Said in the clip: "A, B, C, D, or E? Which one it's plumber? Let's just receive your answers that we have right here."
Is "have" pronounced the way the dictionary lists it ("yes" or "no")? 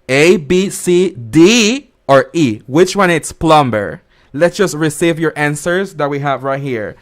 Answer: yes